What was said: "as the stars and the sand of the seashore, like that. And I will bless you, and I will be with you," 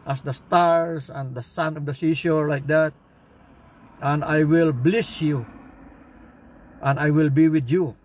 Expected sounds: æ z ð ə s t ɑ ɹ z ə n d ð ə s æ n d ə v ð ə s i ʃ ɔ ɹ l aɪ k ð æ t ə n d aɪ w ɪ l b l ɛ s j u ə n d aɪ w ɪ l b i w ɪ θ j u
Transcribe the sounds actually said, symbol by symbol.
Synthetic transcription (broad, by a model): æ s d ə s t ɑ ɹ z ə n d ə s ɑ n ə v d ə s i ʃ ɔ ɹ l aɪ k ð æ t ə n d aɪ w ɪ l b l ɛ s j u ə n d aɪ w ɪ l b i w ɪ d j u